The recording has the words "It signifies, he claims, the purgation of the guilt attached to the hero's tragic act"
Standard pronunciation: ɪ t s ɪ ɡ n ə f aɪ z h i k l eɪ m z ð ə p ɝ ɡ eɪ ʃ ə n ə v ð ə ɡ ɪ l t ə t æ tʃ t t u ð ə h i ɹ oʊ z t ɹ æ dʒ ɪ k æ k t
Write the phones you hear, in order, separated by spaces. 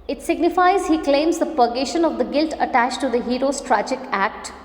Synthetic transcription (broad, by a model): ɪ t s ɪ ɡ n ə f aɪ z h i k l eɪ m z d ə p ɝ ɡ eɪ ʃ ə n ə v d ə ɡ ɪ l t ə t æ tʃ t t u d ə h i ɹ oʊ s t ɹ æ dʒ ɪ k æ k t